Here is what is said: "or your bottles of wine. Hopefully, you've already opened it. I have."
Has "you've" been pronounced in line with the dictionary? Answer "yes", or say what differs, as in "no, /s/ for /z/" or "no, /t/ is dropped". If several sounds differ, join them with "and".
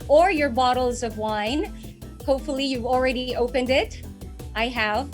yes